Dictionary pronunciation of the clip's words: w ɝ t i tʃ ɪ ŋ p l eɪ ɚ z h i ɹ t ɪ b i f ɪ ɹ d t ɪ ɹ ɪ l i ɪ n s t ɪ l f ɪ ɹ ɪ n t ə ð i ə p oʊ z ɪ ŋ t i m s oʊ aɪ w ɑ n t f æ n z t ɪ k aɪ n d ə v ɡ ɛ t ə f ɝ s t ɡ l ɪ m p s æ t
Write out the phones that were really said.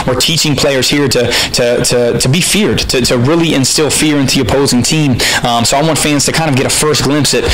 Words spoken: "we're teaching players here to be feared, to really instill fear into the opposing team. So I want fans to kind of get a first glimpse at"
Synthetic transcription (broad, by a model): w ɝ t i tʃ ɪ ŋ p l eɪ ɚ z h i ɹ t ɪ b i f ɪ ɹ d t ɪ ɹ ɪ l i ɪ n s t ɪ l f ɪ ɹ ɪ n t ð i ə p oʊ z ɪ ŋ t i m s oʊ aɪ w ɑ n t f æ n z t ɪ k aɪ n d ə v ɡ ɛ t ə f ɝ s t ɡ l ɪ m p s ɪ t